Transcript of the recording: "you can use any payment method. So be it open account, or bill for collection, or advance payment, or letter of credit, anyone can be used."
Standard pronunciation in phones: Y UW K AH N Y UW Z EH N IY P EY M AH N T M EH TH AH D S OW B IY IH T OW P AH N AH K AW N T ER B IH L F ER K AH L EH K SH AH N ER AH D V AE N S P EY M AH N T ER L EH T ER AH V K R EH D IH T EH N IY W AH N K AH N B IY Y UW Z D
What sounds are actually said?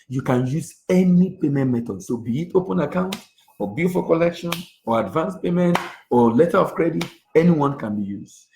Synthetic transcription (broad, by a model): Y UW K AH N Y UW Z EH N IY P EY M AH N T M EH T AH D S OW B IY IH T OW P AH N AH K AW N T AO B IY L F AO K AH L EH K SH AH N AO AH D V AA N S P EY M AH N T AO L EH T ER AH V K R EH D IH T EH N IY W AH N K AH N B IY Y UW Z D